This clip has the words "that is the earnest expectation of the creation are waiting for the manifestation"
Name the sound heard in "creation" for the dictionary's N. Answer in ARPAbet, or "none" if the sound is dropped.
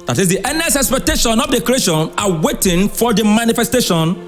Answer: N